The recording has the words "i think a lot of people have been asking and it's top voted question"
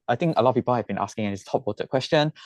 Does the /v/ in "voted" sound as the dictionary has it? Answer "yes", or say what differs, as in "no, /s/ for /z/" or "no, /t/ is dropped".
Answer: no, /w/ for /v/